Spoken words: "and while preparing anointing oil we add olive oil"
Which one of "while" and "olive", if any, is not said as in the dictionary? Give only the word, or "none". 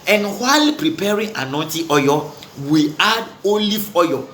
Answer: olive